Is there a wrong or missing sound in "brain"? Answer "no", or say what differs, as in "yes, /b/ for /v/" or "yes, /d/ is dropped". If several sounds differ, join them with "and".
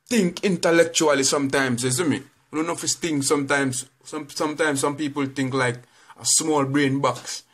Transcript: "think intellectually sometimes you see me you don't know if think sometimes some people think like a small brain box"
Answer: no